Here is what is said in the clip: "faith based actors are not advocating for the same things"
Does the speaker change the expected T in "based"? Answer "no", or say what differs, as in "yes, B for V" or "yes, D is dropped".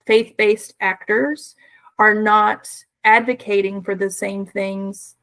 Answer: no